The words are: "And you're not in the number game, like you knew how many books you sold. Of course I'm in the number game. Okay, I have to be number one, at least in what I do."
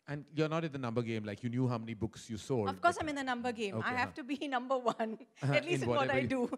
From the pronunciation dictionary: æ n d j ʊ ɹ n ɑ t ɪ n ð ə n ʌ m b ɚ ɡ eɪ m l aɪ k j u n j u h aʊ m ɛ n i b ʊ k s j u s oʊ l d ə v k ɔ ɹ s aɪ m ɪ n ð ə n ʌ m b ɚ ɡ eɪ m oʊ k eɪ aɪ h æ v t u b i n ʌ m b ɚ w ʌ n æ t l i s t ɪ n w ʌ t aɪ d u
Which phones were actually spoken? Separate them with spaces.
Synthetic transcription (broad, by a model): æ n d j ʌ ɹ n ɑ t ɪ n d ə n ʌ m b ɚ ɡ eɪ m l aɪ k j u n j u h aʊ m ɛ n i b ʊ k s j u s oʊ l ə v k ɔ ɹ s aɪ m ɪ n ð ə n ʌ m b ɚ ɡ eɪ m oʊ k aɪ h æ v t u b i n ʌ m b ɚ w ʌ n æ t l i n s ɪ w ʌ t aɪ d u